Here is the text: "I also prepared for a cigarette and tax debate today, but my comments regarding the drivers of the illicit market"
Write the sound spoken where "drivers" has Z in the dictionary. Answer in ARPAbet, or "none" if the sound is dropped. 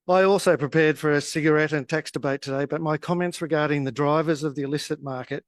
Z